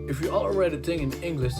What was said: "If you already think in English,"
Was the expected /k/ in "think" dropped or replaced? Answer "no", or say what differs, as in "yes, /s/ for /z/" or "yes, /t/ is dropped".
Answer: yes, /k/ is dropped